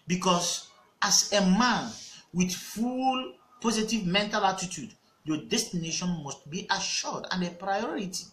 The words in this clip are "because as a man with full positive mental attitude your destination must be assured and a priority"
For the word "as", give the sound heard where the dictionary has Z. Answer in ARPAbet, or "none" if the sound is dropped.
S